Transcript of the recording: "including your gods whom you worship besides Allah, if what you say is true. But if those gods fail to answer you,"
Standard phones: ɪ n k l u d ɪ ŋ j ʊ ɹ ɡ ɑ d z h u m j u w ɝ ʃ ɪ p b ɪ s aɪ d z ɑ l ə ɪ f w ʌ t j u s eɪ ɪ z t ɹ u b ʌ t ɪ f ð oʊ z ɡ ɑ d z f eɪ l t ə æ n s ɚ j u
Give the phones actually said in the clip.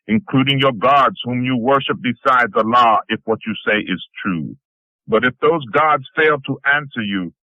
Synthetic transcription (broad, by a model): ɪ n k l u d ɪ ŋ j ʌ ɹ ɡ ɑ d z h u m j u w ɝ ʃ ɪ p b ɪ s aɪ d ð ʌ l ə ɪ f w ʌ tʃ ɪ s eɪ ɪ z t ɹ u b ʌ t ɪ f ð oʊ z ɡ ɑ d z f eɪ l t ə æ n s ɚ j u